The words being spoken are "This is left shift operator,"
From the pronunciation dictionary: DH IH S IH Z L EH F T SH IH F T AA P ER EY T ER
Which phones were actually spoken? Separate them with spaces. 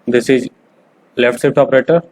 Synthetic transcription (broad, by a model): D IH S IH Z L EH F T S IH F T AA P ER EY T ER